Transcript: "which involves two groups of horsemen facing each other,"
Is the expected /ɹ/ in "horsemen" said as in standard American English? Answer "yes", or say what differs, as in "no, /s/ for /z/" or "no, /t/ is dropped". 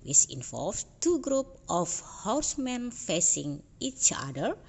no, /w/ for /ɹ/